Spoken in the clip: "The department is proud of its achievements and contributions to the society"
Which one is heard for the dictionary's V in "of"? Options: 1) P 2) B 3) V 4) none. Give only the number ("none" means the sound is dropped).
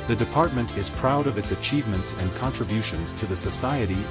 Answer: 3